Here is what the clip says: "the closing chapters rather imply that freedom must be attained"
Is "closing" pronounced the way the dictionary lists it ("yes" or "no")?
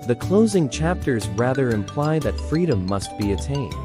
yes